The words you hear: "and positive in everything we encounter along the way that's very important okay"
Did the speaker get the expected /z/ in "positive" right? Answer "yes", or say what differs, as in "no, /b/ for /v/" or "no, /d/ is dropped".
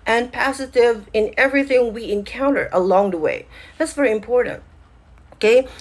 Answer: no, /s/ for /z/